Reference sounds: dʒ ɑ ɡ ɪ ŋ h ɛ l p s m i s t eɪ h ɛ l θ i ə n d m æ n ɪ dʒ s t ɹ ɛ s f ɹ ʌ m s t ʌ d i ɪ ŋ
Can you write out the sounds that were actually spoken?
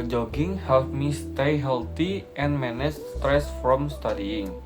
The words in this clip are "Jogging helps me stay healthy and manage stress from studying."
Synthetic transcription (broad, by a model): dʒ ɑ ɡ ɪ ŋ h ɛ l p m i s t eɪ h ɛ l t i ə n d m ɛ n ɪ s s t ɹ ɛ s f ɹ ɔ m s t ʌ d i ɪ ŋ